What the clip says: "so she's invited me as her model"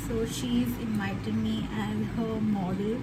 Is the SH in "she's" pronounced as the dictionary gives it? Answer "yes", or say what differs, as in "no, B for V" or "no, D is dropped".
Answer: yes